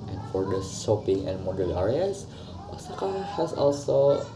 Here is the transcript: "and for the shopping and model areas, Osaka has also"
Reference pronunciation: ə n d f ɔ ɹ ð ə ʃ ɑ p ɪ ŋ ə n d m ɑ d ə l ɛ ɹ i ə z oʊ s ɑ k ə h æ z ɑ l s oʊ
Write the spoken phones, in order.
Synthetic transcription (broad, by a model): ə n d f ɔ ɹ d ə s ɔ p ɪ ŋ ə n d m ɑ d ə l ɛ ɹ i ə s oʊ s ɑ k ə h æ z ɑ l s oʊ